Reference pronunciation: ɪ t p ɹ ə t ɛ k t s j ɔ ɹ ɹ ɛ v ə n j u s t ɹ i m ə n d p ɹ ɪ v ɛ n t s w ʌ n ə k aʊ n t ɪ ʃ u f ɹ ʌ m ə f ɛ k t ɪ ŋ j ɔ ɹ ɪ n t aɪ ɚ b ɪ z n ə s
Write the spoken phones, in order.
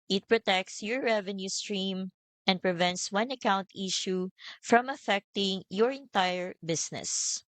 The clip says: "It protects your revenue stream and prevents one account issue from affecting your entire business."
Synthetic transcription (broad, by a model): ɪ t p ɹ ə t ɛ k t s j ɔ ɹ ɹ ɛ v ə n j u s t ɹ i m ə n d p ɹ ɪ v ɛ n t s w ʌ n ə k aʊ n t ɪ ʃ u f ɹ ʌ m ə f ɛ k t ɪ ŋ j ɔ ɹ ɪ n t aɪ ɚ b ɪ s n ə s